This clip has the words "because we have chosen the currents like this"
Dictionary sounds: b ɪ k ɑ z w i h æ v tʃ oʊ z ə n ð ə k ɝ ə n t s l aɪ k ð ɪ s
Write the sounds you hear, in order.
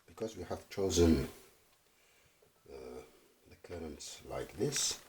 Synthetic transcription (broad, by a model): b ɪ k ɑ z w i h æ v tʃ oʊ z ə n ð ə k ɝ ə n t s l aɪ k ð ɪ s